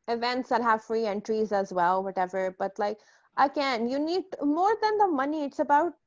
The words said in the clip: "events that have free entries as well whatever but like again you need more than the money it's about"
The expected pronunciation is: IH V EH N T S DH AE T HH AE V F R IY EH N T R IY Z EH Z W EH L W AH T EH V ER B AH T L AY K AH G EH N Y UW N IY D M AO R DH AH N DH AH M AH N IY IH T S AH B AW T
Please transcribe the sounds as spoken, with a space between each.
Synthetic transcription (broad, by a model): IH V EH N T S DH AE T HH AE V F R IY EH N T R IY Z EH Z W EH L W AH T EH V ER B AH T L AY K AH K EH N Y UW N IY D M AO R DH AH N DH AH M AH N IY IH T S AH B AW T